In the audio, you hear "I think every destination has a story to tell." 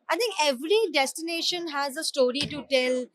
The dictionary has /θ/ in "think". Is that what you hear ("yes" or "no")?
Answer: no